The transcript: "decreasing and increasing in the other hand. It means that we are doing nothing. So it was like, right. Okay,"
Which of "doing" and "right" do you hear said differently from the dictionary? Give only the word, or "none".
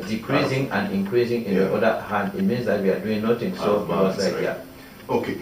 right